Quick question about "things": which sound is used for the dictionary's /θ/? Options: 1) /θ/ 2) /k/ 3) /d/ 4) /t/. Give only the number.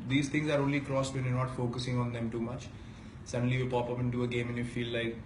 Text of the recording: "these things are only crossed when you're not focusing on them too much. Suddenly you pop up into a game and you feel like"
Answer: 4